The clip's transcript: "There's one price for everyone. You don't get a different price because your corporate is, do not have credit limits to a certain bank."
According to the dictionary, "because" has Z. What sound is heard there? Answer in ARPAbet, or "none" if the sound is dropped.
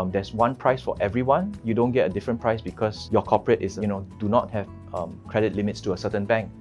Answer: S